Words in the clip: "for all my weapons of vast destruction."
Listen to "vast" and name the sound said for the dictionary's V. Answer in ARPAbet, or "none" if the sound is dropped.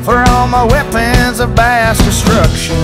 B